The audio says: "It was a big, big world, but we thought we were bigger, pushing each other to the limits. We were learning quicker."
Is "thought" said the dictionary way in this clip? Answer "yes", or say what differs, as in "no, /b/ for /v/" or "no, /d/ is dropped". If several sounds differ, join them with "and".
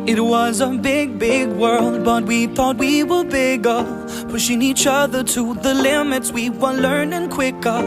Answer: yes